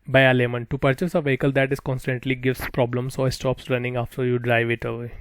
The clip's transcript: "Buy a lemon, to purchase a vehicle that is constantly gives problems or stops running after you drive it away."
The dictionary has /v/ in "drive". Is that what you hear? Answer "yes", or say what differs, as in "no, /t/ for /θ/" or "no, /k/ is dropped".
yes